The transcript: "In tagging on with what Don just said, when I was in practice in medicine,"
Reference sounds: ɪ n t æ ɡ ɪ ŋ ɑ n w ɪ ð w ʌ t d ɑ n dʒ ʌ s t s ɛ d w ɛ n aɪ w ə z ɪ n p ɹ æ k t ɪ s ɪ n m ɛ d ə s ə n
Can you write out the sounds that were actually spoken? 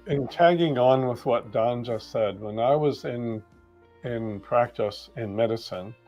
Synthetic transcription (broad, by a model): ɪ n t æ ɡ ɪ ŋ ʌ n w ɪ ð w ʌ t d ɑ n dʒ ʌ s s ɛ d w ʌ n aɪ w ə z ɪ n p ɹ æ k t ɪ s ɪ n m ɛ d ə s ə n